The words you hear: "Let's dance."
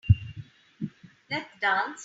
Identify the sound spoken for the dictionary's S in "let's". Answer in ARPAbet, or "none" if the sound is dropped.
none